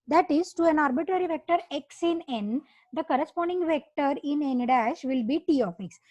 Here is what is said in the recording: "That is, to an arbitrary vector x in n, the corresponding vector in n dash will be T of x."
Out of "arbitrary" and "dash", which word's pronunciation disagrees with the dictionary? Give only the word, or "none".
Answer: none